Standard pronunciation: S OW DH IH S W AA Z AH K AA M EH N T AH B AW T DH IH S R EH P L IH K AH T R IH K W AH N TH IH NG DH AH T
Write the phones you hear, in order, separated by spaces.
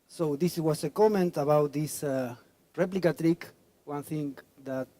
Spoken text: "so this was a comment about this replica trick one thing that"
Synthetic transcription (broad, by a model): S OW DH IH S W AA S AH K AA M EH N T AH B AW T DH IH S R EH P L IH K AH T R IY K W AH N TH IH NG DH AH T